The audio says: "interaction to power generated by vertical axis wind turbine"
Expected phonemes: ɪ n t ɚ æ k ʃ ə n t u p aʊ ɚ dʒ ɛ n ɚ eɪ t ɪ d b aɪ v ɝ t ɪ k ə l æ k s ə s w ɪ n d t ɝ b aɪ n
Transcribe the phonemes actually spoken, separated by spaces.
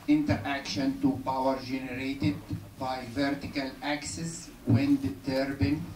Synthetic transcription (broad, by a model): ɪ n t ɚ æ k ʃ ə n t u p aʊ ɚ dʒ ɛ n ɚ eɪ t ɪ d b aɪ v ɝ t ɪ k ə l æ k s ə s w ɪ n d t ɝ b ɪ n